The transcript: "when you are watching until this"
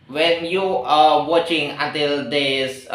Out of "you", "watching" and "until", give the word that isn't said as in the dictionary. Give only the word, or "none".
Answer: none